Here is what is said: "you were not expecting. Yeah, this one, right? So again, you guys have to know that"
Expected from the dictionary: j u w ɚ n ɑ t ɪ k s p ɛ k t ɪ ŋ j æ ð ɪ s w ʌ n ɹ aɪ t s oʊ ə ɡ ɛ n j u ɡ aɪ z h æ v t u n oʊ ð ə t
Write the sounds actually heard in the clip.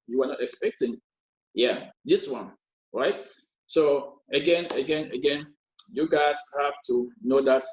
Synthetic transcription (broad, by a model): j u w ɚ n ɑ t ɪ k s p ɛ k t ɪ ŋ j æ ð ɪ s w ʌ n ɹ aɪ t s oʊ ə ɡ ɛ n j u ɡ aɪ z h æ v t u n oʊ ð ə t